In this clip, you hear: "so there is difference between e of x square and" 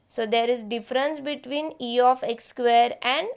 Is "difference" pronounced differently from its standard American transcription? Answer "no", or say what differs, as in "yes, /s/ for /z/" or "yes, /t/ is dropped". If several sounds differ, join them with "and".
no